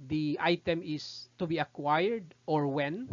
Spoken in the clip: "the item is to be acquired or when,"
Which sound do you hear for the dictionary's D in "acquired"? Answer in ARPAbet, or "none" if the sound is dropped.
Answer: D